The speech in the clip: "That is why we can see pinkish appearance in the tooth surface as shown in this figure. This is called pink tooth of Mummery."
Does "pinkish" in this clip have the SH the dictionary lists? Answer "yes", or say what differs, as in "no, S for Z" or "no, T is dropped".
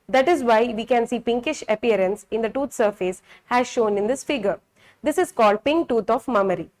yes